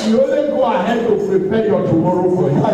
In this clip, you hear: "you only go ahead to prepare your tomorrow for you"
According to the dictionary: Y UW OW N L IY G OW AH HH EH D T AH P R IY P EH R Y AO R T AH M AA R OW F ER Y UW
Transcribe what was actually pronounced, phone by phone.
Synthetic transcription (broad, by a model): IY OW L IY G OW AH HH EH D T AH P R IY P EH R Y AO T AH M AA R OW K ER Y